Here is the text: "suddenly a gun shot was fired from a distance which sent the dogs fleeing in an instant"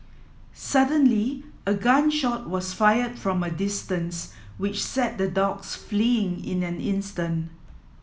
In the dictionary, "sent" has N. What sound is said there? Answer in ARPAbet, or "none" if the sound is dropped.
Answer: none